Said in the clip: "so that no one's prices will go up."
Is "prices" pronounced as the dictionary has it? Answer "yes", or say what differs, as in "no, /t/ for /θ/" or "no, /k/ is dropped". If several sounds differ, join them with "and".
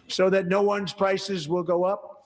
yes